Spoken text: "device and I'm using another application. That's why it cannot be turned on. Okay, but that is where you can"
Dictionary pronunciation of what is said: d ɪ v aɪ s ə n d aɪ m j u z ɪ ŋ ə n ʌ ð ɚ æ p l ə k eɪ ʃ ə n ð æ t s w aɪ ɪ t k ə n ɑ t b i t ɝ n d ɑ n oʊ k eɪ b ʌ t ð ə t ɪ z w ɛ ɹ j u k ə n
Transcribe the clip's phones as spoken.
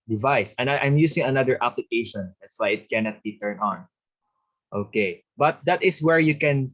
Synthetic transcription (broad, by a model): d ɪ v aɪ s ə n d aɪ m j u s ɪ ŋ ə n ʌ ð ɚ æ p l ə k eɪ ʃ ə n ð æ t s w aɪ ɪ t k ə n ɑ t b i t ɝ n ɑ n oʊ k eɪ b ʌ t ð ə t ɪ s w ɛ ɹ j u k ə n